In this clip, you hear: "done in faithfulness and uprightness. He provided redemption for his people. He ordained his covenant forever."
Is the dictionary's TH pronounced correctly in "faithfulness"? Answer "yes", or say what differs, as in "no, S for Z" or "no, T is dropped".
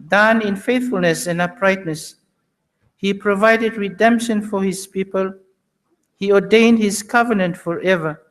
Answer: yes